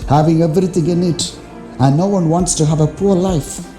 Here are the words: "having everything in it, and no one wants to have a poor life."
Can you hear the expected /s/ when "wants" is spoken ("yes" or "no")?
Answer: yes